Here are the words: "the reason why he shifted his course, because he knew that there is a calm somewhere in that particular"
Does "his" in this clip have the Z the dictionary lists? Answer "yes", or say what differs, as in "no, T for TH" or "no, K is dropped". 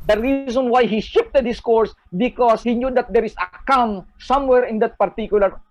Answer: no, S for Z